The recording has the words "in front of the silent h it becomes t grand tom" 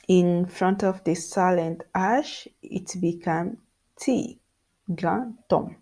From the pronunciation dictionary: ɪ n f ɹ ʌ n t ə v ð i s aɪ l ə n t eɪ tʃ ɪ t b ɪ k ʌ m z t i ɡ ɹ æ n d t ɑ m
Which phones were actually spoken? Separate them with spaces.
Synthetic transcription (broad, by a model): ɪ n f ɹ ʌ n t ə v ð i s aɪ l ə n t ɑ ʃ ɪ t b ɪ k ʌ m t i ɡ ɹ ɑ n t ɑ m